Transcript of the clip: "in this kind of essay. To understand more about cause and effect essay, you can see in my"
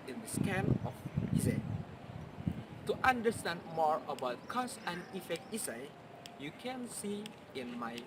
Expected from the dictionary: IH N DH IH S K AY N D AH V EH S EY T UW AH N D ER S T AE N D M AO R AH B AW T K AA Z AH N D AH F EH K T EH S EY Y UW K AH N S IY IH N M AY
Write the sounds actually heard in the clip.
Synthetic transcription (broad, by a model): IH N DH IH S K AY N AH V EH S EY T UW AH N D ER S T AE N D M AO R AH B AW T K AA S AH N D AH F EH K T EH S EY Y UW K AH N S IY IH N M AY